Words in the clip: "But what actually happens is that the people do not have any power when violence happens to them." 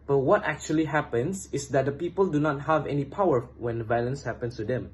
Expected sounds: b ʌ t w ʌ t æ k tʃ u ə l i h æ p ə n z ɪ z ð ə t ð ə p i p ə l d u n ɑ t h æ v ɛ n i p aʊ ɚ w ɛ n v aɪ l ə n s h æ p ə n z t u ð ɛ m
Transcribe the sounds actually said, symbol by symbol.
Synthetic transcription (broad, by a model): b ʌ t w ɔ t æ k tʃ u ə l i h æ p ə n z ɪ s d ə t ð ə p i p ə l d u n ɑ t h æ v ɛ n i p aʊ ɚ w ɛ n v aɪ l ə n s h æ p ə n s t u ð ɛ m